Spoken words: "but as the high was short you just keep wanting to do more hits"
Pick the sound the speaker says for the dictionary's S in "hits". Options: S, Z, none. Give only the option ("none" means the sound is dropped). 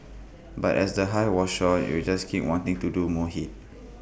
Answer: none